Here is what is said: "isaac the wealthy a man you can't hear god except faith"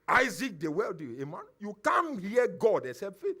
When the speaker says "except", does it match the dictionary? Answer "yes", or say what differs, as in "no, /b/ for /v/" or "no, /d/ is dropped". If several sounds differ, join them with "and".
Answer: no, /k/ is dropped